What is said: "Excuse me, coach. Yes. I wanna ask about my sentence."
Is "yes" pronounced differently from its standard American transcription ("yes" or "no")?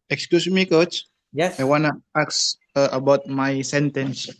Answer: yes